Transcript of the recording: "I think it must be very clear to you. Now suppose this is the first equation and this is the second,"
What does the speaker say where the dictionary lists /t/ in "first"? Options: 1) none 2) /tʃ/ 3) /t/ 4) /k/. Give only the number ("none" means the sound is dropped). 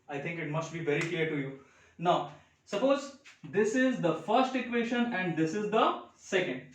3